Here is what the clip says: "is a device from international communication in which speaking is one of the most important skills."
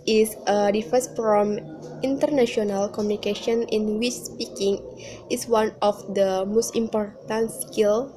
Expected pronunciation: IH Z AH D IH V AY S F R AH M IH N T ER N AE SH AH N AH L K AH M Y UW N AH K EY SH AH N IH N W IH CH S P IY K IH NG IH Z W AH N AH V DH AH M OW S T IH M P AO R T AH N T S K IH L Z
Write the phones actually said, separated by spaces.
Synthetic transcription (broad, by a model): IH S AH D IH F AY S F R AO M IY N T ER N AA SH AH N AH L K AH M Y UW N AH K EY SH AH N IH N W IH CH S P IY K IH NG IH S W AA N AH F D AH M OW S T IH M P AO R T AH N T S K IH L